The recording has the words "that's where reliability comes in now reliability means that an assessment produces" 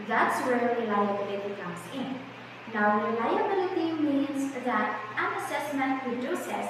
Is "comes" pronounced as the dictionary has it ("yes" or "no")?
no